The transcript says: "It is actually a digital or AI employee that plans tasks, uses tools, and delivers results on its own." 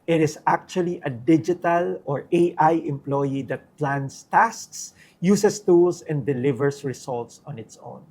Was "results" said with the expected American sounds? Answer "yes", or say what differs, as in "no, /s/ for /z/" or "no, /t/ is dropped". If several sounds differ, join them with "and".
no, /s/ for /z/